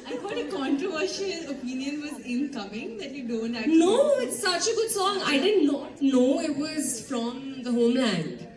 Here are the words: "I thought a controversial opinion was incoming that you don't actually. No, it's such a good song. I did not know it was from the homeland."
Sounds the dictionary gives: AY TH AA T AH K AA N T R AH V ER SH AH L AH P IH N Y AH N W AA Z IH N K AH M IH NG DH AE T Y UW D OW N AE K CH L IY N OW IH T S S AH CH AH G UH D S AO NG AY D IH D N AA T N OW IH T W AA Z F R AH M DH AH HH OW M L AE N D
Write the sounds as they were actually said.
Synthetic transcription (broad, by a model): AY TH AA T AH K AA N T R AH V ER SH AH L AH P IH N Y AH N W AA Z IH N K AH M IH NG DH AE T Y UW D OW N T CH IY N OW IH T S S AH CH AH G UH D S AO NG AY D IH D N AA T N OW IH T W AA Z F R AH M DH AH HH OW M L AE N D